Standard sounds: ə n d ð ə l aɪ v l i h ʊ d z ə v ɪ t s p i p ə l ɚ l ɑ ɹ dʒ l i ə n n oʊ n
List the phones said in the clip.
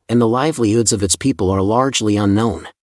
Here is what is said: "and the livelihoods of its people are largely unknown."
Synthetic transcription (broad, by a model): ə n ð ə l aɪ v l i h ʊ d z ə v ɪ t s p i p ə l ɚ l ɑ ɹ dʒ l i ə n n oʊ n